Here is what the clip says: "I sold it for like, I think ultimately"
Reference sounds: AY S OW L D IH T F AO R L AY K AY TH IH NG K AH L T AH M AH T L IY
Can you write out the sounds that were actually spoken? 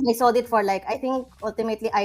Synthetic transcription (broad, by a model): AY S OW D IH T F AO R L AY K AY T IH NG K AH L T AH M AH T L IY